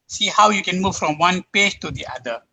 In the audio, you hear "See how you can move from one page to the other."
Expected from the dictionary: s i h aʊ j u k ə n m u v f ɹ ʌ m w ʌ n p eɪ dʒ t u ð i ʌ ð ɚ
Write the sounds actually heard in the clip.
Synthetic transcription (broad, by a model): s i h aʊ j u k ə n m u v f ɹ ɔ m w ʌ n p eɪ dʒ t u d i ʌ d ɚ